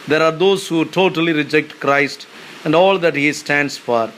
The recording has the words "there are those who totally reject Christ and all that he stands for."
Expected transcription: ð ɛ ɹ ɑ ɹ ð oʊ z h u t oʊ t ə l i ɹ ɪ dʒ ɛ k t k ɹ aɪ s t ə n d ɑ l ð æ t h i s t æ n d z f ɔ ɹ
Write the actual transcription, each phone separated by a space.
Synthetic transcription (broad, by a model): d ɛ ɹ ɑ ɹ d oʊ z h u t oʊ t ə l i ɹ ɪ dʒ ɛ k t k ɹ aɪ s t ə n d ɑ l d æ t h i s t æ n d s f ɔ ɹ